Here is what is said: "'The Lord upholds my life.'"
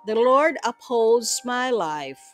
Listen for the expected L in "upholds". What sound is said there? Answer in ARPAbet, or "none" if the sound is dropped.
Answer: L